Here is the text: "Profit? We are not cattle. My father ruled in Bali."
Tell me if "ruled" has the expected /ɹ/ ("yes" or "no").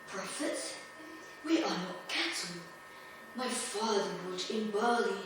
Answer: no